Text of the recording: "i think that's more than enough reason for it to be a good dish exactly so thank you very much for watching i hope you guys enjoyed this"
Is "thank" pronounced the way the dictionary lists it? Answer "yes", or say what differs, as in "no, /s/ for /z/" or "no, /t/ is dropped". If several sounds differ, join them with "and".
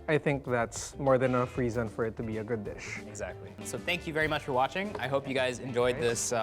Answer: yes